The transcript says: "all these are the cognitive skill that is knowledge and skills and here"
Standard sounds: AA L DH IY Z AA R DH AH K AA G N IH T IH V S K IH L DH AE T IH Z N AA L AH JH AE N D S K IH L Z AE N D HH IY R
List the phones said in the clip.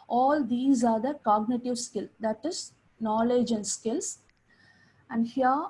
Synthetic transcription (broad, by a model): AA L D IY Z AA R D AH K AA G N IH T IH V S K IH L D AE T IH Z N AA L AH JH AE N D S K IH L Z AE N D HH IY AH